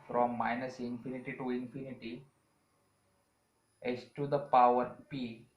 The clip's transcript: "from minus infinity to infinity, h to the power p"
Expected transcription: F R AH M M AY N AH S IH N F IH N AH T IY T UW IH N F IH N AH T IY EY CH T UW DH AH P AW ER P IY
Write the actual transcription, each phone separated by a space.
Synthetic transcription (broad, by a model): F R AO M M AY N AH S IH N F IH N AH T IY T UW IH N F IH N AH T IY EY S T UW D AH P AW ER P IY